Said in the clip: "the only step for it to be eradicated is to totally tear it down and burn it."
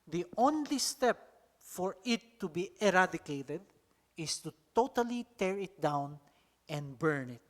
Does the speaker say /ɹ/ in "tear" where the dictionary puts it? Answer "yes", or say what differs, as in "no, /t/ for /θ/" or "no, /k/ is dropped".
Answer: yes